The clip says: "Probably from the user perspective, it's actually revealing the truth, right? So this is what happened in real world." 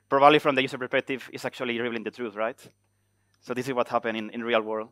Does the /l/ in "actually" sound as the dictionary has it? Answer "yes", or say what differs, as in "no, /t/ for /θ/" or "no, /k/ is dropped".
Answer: no, /l/ is dropped